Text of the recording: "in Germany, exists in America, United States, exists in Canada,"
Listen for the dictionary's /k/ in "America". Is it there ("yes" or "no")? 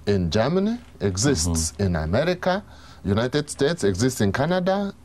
yes